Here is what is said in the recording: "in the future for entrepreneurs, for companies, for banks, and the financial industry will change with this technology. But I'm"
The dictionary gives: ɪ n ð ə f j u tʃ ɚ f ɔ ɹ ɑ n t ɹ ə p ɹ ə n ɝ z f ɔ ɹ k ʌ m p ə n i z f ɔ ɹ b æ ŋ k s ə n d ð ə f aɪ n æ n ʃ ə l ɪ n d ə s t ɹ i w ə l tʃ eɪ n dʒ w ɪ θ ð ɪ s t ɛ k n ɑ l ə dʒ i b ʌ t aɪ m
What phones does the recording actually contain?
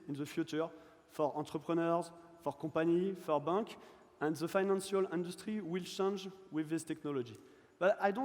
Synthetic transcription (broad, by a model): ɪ n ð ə f j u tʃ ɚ f ɔ ɹ ɑ t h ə p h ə n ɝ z f ɔ ɹ k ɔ p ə n i f ɔ ɹ b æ k ə n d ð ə f aɪ n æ n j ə l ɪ n d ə s t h i w ə l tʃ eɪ n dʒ w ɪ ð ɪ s t ɛ k n ɑ l ə dʒ i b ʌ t aɪ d